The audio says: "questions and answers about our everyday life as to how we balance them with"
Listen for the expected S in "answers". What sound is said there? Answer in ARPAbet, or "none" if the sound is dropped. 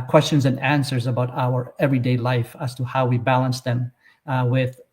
S